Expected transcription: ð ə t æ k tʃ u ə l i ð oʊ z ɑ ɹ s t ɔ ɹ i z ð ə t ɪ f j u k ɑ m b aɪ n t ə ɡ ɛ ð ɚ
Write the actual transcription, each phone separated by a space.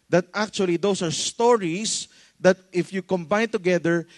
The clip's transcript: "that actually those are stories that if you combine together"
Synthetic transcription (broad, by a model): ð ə t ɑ k tʃ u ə l i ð oʊ s ɑ ɹ s t ɔ ɹ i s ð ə t ɪ f j u k ɑ m b aɪ n t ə ɡ ɛ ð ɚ